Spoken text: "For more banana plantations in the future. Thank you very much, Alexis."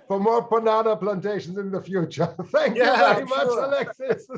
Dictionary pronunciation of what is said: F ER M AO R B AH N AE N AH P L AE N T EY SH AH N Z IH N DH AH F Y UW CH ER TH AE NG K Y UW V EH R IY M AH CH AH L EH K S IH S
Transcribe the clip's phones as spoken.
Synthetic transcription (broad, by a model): F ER M AO R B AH N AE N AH P L AE N T EY SH AH N Z IH N DH AH F Y UW CH ER TH AE NG K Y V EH R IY M AH CH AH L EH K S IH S